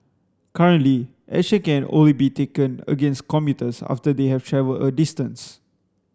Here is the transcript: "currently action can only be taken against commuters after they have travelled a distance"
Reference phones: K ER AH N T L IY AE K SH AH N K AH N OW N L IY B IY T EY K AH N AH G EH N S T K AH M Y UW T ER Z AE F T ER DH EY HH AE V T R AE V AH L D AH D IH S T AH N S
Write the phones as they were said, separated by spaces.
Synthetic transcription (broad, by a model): K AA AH N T L IY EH SH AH K AH N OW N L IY B IY T EY K AH N AH G EH N S T K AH M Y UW T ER S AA F T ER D EY HH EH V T R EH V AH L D AH D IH S T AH N S